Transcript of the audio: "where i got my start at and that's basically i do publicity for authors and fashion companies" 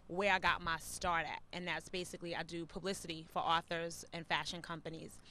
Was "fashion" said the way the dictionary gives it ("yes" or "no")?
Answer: yes